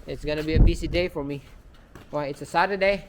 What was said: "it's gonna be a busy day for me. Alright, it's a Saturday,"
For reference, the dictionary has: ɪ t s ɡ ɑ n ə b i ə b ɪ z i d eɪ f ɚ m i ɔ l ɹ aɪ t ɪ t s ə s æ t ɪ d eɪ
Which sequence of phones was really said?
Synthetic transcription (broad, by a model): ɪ t s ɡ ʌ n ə b i ə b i s i d eɪ f ɚ m i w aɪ ɪ t s ə s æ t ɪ d eɪ